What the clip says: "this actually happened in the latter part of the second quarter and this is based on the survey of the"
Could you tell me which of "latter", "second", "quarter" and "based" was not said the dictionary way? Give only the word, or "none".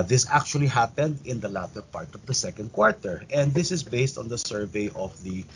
none